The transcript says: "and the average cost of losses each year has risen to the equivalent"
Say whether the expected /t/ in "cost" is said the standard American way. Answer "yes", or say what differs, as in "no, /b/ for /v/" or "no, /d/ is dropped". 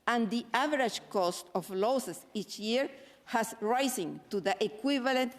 yes